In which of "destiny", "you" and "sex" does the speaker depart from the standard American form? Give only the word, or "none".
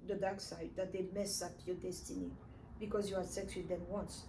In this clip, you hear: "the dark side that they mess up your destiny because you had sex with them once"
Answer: none